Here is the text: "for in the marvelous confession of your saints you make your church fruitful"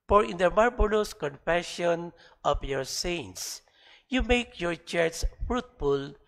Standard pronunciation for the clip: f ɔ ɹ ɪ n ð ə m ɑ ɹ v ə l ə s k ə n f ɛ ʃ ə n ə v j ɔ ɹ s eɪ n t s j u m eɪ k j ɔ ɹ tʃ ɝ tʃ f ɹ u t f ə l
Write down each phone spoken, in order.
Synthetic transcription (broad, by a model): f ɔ ɹ ɪ n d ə m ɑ ɹ b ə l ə s k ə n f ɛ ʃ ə n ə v j ɔ ɹ s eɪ n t s j u m eɪ k j ɔ ɹ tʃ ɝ s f ɹ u t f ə l